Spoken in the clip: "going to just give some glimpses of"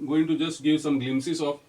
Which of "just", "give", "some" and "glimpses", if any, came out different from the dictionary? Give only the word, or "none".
glimpses